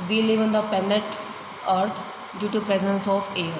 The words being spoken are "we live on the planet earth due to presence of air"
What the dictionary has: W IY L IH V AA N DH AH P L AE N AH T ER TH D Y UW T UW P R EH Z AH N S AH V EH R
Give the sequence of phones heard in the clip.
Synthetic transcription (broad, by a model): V IY L IH V AA N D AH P EH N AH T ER T D Y UW T UW P R EH Z AH N S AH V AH R